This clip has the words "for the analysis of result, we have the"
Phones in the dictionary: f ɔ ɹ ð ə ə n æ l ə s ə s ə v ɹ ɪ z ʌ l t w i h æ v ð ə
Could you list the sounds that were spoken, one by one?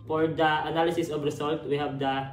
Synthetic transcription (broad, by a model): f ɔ ɹ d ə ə n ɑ l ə s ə s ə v ɹ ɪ s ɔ l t w i h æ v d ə